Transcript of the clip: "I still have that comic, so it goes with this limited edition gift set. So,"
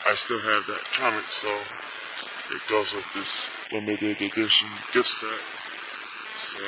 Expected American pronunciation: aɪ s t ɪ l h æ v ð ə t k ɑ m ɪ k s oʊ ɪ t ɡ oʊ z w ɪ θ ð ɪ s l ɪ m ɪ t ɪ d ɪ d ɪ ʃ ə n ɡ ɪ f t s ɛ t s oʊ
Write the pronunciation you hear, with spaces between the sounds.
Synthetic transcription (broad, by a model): aɪ s t ɪ l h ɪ v ð ə t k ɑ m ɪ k s oʊ ɪ t ɡ oʊ z w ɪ ð ɪ s w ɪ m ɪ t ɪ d ɪ d ɪ ʃ ə n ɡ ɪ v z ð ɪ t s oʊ